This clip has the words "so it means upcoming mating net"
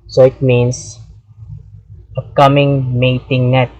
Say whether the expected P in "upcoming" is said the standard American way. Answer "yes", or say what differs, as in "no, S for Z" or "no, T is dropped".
no, P is dropped